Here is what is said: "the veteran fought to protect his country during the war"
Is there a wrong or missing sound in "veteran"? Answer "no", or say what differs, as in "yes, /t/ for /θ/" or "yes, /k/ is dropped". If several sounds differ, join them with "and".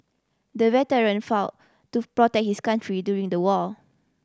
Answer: yes, /w/ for /v/